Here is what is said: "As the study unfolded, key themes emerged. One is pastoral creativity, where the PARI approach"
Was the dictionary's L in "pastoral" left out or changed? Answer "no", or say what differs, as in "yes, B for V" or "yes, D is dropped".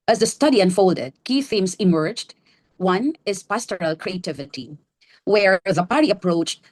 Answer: no